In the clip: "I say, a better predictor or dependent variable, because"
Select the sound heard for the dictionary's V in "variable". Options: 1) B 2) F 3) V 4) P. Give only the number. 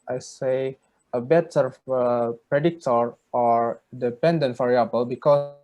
2